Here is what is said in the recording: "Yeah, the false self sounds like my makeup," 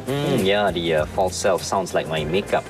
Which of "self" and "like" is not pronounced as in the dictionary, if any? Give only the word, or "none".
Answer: none